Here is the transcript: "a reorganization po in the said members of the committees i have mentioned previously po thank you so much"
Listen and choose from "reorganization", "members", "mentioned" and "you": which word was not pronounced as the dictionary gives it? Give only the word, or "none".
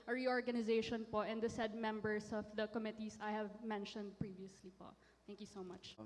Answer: members